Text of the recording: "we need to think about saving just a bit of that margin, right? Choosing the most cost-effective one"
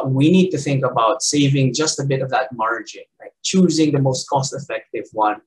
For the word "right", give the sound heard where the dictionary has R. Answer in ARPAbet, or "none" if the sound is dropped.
L